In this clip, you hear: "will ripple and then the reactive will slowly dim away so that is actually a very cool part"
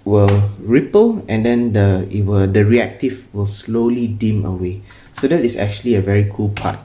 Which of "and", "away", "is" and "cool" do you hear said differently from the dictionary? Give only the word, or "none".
is